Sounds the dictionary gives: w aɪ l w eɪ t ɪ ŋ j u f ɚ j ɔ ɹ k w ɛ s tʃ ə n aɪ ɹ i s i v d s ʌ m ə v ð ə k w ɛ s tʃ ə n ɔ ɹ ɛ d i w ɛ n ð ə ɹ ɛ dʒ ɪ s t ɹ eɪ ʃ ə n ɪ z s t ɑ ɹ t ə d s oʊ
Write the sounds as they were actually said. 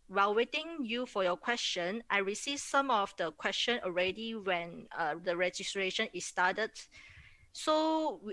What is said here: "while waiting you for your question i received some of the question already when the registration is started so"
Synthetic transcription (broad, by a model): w aɪ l w eɪ t ɪ ŋ j u f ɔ j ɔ k w ɛ s tʃ ə n aɪ ɹ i s i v s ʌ m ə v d ə k w ɛ s tʃ ə n ɔ ɹ ɛ d i w ɛ n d ə ɹ ɛ dʒ ɪ s t ɹ eɪ ʃ ə n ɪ s t ɑ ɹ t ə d s oʊ